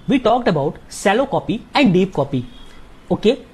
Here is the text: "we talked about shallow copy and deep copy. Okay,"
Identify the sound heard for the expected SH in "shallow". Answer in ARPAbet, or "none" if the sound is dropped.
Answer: S